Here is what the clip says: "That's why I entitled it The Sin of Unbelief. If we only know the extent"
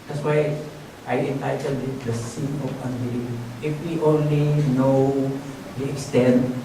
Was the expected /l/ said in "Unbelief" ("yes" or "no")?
no